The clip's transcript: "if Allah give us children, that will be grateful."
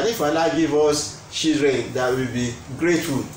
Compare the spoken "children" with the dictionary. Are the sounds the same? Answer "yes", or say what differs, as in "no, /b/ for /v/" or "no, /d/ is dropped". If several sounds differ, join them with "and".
no, /l/ is dropped